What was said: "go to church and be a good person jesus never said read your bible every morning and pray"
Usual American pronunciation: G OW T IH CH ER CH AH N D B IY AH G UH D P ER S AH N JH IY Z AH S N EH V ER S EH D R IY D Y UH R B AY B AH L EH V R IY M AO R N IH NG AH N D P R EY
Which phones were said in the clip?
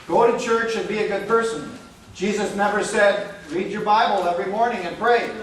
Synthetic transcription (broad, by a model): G OW T IH CH ER CH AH N B IY AH G UH D P ER S AH N JH IY Z AH S N EH V ER S EH D R IY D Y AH R B AY B AH L EH V R IY M AO R N IH NG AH N P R EY